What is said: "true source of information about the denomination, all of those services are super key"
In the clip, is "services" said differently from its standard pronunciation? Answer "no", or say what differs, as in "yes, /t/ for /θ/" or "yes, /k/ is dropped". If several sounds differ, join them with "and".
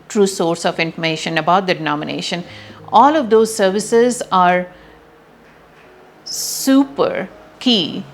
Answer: no